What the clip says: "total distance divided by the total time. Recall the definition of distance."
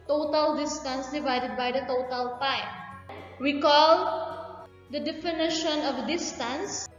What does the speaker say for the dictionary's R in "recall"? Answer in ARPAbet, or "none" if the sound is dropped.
W